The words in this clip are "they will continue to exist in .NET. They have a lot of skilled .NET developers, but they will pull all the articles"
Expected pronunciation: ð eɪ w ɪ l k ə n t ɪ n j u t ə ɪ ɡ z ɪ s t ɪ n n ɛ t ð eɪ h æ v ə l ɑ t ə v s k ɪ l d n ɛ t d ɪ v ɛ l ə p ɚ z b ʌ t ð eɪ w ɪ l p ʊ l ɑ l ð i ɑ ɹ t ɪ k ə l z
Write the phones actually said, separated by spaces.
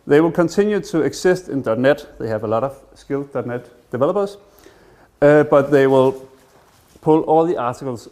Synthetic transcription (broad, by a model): ð eɪ w ɪ l k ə n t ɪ n j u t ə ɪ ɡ s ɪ s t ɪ n n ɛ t ð eɪ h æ v ə l ɑ t ə v s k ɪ l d n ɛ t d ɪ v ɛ l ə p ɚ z b ʌ t ð eɪ w ɪ l p ʊ l ɑ l ð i ɑ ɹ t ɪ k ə l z